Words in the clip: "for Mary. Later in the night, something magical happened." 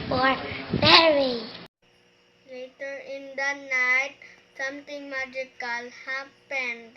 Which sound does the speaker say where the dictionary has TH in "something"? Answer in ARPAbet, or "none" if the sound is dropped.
T